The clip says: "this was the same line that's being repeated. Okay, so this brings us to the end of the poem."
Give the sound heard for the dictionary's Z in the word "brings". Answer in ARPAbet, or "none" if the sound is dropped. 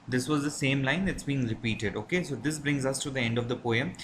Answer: Z